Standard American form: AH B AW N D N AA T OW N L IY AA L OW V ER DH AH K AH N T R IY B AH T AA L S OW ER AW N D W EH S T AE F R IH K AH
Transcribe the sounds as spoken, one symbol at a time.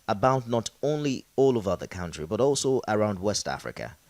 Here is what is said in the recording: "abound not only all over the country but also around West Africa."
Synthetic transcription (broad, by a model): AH B AW N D N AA T OW N L IY AA L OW V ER DH AH K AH N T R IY B AH T AA L S OW ER AW N D W EH S T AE F R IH K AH